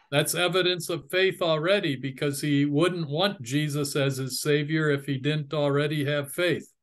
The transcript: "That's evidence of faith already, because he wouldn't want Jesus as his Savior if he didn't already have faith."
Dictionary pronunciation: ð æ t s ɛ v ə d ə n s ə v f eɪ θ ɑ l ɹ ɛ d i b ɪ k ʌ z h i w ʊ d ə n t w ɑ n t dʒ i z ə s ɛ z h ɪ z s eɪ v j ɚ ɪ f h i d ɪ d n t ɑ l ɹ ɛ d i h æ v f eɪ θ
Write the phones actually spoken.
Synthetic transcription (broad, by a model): ð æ t s ɛ v ə d ə n s ə v f eɪ θ l ɹ ɛ d i b ɪ k ʌ z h i w ʊ d n t w ɑ n dʒ i z ə s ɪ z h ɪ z s eɪ v j ɚ ɪ f h i d ɪ d n t l ɹ ɛ d i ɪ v f eɪ θ